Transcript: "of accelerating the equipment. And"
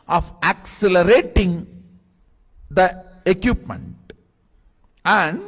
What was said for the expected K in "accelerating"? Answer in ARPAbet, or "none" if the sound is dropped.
K